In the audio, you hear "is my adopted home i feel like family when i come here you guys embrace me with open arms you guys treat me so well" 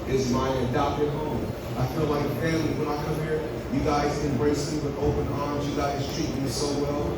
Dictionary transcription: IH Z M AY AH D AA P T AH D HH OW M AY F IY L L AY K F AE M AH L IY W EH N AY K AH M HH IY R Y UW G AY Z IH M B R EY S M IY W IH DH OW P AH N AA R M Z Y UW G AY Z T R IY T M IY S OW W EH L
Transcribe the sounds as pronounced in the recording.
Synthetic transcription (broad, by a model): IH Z M AY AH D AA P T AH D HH OW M AY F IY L L AY K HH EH AH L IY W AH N AY K AH M HH IY R Y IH G AY Z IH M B R EY S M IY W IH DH OW P AH N AA R M Z Y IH G AY Z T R IY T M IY S OW W EH L